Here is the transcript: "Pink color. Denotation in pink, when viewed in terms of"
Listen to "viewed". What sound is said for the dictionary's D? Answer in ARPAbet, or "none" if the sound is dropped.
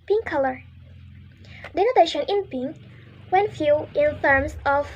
none